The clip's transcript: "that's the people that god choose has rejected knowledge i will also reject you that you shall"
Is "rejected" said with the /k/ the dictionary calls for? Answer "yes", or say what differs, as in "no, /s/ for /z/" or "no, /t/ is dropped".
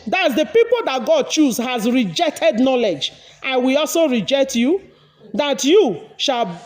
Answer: yes